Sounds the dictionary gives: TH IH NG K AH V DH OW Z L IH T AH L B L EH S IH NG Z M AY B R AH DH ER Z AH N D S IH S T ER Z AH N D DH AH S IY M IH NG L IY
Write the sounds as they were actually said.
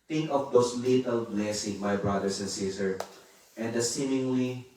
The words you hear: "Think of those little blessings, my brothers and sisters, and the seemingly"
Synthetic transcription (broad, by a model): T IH NG K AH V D OW S L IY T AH L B L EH S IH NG M AY B R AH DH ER S AH N D S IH S T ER AH N D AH S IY M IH NG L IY